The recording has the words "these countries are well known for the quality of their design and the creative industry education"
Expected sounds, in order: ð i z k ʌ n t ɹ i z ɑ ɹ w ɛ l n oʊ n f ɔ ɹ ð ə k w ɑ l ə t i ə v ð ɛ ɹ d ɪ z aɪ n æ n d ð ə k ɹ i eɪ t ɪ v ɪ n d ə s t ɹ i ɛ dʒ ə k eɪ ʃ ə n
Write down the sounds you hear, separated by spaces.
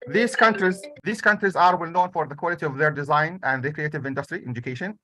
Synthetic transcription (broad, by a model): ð i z k ʌ n t ɹ i z ɑ ɹ w ɛ l n oʊ n f ɔ ɹ ð ə k w ɑ l ə t i ə v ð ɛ ɹ d ɪ z aɪ n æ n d ð ə k ɹ i eɪ t ɪ v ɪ n d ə s t ɹ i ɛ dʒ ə k eɪ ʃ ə n